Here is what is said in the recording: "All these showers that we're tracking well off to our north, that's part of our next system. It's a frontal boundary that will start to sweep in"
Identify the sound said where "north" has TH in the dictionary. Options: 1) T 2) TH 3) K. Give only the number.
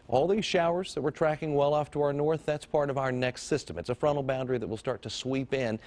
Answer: 2